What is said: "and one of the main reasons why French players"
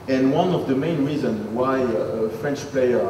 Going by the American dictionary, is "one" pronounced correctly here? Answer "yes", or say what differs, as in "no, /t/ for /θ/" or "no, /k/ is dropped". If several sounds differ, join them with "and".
yes